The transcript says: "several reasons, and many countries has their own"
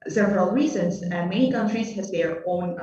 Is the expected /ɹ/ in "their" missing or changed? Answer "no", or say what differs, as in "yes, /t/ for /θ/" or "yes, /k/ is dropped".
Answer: no